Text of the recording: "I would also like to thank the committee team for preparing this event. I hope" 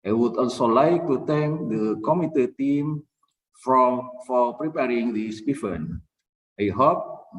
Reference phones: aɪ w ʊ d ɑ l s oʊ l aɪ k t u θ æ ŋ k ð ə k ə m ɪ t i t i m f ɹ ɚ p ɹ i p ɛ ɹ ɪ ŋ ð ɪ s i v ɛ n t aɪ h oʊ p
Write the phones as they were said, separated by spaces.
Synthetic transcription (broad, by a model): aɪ w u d ɑ l s oʊ l aɪ k t u t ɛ ŋ k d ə k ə m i t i t i m f ɹ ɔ p ɹ i p ɛ ɹ ɪ ŋ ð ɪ s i f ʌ n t aɪ h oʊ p